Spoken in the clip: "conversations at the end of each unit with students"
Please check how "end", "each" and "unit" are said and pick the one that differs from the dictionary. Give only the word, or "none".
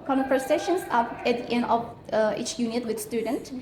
end